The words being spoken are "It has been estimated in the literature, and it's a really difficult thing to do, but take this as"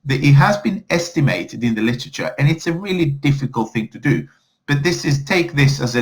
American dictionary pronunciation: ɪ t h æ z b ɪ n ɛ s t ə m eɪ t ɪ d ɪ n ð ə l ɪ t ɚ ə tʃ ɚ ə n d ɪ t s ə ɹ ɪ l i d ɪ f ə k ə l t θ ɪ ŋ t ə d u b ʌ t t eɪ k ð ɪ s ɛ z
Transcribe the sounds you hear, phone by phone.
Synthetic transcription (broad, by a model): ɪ t h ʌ z b ɪ n ɛ s t ə m eɪ t ɪ d ɪ n ð ə l ɪ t ɚ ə tʃ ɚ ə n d ɪ t s ə ɹ ɪ l i d ɪ f ə k ə l t θ ɪ ŋ t ə d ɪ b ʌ t t eɪ k ð ɪ s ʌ z